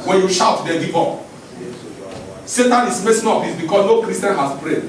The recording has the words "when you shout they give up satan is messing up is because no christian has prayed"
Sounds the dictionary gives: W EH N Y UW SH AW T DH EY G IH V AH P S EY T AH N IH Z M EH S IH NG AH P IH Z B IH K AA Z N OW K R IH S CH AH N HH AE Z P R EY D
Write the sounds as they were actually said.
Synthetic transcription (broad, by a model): W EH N Y UW SH AW T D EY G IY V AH S EY T AH N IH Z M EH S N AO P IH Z B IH K AA S N OW K R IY S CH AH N HH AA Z P R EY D